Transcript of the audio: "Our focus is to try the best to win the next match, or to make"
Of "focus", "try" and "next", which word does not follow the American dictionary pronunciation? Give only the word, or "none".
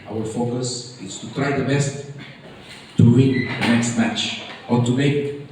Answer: none